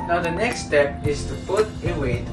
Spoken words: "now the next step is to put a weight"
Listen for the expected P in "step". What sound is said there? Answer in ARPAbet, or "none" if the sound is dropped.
P